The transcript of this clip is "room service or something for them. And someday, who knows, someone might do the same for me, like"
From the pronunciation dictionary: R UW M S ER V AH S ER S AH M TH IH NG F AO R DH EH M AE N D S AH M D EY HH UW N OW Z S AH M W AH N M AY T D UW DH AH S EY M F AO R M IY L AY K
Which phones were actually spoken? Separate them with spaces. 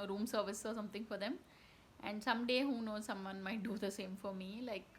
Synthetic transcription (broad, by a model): R UW M S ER V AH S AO S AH M T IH NG F AO R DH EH M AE N D S AH M D EY HH UW N OW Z S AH M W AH N M AY T D UW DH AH S EY M F AO R M IY L AY K